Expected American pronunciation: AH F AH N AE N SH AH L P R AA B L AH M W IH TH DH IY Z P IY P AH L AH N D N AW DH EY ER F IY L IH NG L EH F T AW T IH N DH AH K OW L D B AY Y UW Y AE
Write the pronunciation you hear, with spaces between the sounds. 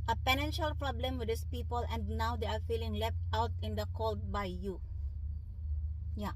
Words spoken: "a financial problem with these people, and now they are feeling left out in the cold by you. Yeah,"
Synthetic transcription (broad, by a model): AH P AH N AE N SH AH L P R AA B L AH M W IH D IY S P IY P AH L AH N D N AW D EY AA F IY L IH NG L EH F T AW T IH N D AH K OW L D B AY Y UW Y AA